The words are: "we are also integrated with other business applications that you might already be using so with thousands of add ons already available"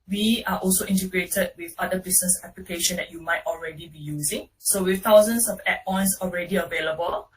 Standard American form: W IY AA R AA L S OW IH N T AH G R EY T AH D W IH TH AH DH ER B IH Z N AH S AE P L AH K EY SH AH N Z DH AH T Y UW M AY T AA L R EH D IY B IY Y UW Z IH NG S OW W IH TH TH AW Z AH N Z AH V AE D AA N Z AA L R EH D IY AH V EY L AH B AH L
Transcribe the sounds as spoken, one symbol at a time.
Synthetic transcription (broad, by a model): W IY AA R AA L S OW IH N T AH G R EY T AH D W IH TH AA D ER B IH S N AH S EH P L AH K EY SH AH N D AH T Y UW M AY T AA L R EH D IY B IY Y UW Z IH NG S OW W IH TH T AW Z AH N S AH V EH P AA N S AA L R EH D IY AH V EY L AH B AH L